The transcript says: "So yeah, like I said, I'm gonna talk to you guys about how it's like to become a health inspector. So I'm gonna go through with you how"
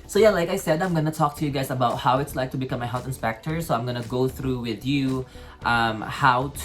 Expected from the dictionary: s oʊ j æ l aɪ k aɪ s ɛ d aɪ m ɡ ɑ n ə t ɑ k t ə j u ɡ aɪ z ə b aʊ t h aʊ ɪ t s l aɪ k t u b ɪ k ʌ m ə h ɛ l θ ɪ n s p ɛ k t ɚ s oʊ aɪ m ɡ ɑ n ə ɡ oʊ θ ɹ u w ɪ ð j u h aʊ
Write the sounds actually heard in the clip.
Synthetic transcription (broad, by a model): s oʊ j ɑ l aɪ k aɪ s ɛ d aɪ m ɡ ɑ n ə t ɑ k t ə j u ɡ aɪ s ə b aʊ t h aʊ ɪ t s l aɪ k t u b ɪ k ʌ m ə h ɛ l θ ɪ n s p ɛ k t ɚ s oʊ aɪ m ɡ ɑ n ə ɡ oʊ θ ɹ u w ɪ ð j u h aʊ